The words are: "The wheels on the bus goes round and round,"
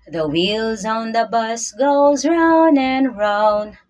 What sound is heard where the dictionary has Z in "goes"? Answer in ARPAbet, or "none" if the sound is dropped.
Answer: Z